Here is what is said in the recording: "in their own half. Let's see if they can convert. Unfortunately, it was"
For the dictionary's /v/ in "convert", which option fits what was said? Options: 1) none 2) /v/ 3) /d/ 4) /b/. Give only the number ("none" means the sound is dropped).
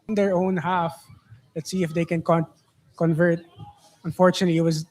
2